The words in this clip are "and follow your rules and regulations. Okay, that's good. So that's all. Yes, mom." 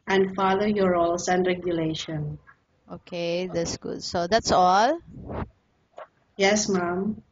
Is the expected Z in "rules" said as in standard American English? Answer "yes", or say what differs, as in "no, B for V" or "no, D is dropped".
no, S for Z